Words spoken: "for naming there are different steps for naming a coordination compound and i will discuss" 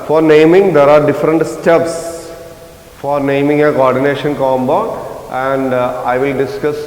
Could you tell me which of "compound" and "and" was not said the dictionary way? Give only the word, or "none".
compound